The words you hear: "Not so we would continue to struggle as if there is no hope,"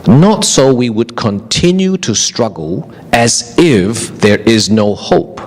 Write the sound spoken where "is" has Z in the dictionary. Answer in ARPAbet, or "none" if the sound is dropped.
Z